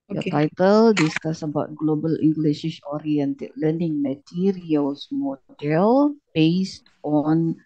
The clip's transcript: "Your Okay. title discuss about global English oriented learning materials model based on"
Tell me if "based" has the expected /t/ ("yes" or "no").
yes